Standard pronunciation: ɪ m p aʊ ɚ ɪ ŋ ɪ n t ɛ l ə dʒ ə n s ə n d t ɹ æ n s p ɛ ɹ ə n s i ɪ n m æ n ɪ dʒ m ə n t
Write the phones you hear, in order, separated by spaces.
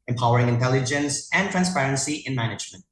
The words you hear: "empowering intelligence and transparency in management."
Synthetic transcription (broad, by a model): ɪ m p aʊ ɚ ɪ ŋ ɪ n t ɛ l ə dʒ ə n s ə n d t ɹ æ n s p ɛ ɹ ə n s i ɪ n m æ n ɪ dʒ m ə n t